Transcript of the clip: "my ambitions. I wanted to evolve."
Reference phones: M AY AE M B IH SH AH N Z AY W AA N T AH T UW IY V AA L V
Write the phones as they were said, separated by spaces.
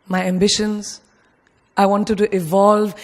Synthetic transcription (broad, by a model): M AY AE M B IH SH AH N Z AY W AA N T AH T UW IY V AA L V